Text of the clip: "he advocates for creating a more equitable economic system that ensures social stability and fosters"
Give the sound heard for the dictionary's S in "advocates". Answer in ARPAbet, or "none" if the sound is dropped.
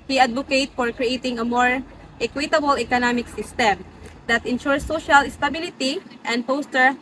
none